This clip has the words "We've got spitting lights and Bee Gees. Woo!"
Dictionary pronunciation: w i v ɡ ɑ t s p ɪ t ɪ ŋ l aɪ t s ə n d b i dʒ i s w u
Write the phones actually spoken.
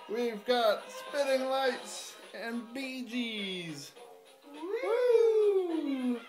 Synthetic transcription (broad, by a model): w i v ɡ ɑ t s p ɪ t ɪ ŋ l aɪ t s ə n b i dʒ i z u